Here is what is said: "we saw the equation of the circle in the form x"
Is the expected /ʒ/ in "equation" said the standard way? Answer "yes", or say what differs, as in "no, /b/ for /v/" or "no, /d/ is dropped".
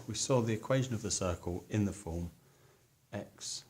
yes